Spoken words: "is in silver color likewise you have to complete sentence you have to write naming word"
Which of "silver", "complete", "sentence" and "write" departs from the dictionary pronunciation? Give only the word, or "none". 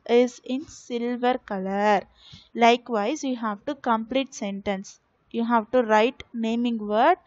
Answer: none